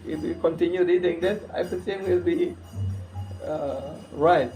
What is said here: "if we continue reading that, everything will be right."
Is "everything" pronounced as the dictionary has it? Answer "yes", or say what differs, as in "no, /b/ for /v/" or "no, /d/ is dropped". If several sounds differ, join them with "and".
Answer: no, /s/ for /θ/